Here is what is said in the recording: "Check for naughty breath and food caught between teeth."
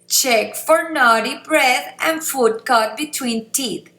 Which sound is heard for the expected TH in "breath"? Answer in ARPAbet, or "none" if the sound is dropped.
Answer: T